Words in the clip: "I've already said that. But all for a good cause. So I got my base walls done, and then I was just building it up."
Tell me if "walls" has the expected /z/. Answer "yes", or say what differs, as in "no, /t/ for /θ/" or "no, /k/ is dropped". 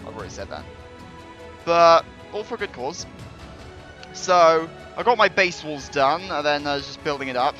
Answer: yes